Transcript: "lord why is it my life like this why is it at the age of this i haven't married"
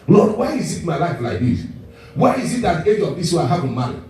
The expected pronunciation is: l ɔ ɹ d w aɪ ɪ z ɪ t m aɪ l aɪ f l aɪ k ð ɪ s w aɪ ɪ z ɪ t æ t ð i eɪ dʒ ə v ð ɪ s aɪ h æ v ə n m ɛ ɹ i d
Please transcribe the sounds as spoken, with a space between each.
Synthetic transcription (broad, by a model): l ɔ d w aɪ ɪ z ɪ t m aɪ l aɪ f l aɪ k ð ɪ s w aɪ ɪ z ɪ t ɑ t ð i eɪ dʒ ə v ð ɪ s aɪ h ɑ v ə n m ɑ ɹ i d